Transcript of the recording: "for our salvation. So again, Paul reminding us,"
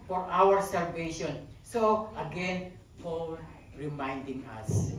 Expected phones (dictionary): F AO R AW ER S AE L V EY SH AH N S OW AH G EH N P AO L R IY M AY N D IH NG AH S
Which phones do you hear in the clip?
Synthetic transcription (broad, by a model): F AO R AW ER S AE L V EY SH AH N S OW AH G EH N F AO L R IY M AY N D IH NG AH S